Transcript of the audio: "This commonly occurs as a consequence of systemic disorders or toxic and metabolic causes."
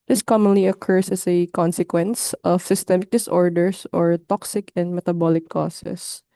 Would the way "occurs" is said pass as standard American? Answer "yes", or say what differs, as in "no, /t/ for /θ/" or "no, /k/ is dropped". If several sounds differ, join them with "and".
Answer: no, /s/ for /z/